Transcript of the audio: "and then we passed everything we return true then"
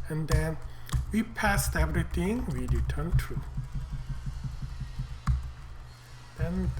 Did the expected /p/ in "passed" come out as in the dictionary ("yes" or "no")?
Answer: yes